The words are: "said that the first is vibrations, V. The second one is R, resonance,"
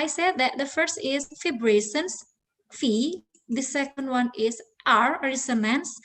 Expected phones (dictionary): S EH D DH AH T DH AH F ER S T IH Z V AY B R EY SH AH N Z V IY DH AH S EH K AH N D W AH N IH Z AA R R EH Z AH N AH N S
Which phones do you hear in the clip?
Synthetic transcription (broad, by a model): S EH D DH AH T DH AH F ER S T IH Z F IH B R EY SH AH N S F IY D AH S EH K AH N D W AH N IH Z AA R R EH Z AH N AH N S